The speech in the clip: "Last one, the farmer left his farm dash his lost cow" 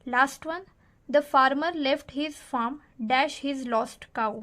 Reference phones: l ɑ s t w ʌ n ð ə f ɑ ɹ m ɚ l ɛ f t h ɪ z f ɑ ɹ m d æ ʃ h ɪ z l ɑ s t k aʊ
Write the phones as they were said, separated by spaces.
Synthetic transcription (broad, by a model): l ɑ s t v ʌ n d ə f ɑ ɹ m ɚ l ɛ f t h ɪ z f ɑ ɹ m d æ ʃ h ɪ z l ɑ s t k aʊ